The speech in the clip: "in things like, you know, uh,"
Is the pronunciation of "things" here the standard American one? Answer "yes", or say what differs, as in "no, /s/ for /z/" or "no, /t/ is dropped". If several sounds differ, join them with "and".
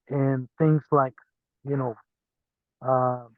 yes